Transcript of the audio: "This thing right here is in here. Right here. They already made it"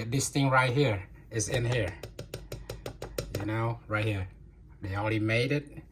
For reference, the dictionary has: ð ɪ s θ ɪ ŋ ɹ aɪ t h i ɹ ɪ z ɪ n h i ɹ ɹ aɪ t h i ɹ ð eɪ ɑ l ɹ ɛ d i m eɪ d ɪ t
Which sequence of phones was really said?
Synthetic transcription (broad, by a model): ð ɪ s θ ɪ ŋ ɹ aɪ t h i ɹ ɪ z ɪ n h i ɹ ɹ aɪ t h i ɹ ð eɪ ɑ l ɹ ɛ d i m eɪ d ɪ t